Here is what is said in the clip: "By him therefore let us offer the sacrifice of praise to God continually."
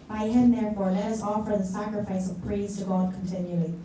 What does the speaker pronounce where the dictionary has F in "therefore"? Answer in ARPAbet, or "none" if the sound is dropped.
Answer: F